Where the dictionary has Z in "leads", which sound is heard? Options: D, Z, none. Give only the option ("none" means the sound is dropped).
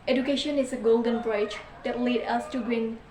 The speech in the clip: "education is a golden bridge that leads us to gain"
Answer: none